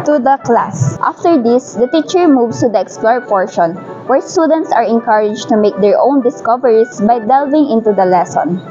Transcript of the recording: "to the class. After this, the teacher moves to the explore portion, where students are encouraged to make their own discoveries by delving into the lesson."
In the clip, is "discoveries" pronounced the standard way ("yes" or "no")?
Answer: no